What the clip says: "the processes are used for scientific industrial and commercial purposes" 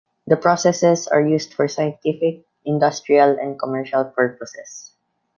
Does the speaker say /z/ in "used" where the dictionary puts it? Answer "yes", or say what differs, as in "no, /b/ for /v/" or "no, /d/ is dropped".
no, /s/ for /z/